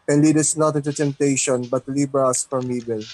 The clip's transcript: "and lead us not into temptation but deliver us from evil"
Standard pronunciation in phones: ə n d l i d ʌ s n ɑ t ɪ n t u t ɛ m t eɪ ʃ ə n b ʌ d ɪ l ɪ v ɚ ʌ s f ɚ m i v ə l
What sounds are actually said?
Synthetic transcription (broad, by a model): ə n l i d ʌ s n ɑ t ɪ n t u t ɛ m t eɪ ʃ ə n b ʌ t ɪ l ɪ b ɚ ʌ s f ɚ m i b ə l